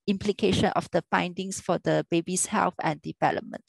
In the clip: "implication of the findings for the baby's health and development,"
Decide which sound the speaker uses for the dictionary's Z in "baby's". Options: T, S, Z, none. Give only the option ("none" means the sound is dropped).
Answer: S